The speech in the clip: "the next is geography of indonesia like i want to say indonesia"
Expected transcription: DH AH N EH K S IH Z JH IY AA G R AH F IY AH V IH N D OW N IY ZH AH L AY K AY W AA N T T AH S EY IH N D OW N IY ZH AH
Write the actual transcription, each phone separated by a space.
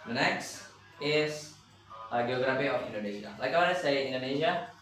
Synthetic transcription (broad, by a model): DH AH N EH K S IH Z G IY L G R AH P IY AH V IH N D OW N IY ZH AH L AY K AY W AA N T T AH S EY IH N D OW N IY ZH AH